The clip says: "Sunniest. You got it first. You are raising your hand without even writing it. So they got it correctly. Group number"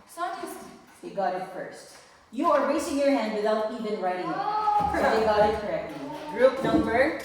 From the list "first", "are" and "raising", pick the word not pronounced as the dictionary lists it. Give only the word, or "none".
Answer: raising